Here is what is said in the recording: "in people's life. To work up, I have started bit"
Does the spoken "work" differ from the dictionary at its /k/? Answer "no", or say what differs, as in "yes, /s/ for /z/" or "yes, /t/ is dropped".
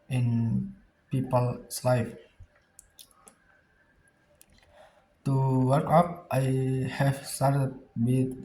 no